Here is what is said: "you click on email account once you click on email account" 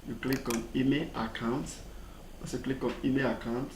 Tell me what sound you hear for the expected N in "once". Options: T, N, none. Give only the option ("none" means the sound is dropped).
none